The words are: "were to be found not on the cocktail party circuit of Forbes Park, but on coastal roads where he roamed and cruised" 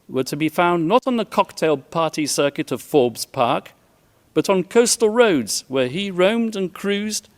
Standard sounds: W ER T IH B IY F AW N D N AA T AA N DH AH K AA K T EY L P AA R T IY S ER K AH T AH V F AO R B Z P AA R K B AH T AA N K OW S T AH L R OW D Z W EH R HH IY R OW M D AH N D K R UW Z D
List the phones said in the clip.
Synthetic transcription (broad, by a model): W ER T IH B IY F AW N N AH T N DH AH K AA K T EY L P AA R T IY S ER K AH T AH V F AO R B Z P AA R K B AH T N K OW S T L R OW D Z W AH R IY R OW M D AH N K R UW Z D